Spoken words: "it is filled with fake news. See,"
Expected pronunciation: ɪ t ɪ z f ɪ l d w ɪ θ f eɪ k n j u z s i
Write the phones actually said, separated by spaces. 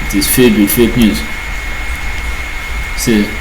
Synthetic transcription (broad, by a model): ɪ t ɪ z f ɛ d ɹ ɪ f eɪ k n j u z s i